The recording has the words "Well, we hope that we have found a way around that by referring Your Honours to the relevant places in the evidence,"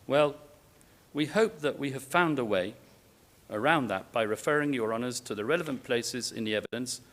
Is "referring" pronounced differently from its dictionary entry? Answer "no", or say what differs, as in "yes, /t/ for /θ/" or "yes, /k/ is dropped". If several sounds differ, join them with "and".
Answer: no